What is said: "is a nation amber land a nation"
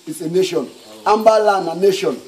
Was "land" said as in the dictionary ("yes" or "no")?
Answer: no